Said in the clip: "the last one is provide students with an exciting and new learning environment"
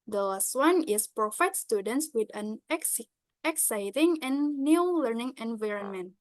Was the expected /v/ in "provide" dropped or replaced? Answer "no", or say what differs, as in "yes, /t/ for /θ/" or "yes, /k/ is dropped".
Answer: yes, /f/ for /v/